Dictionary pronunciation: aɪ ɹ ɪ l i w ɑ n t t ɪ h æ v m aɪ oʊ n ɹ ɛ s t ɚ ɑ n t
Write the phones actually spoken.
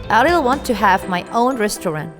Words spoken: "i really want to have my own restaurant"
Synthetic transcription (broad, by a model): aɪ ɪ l w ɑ n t t ɪ h æ v m aɪ oʊ n ɹ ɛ s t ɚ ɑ n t